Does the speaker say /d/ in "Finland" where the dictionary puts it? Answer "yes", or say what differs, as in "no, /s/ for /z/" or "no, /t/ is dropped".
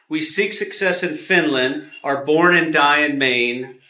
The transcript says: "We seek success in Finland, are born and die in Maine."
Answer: yes